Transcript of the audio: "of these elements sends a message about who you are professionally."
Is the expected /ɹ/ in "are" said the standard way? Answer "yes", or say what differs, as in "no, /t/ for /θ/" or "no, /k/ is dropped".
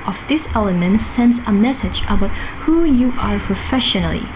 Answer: yes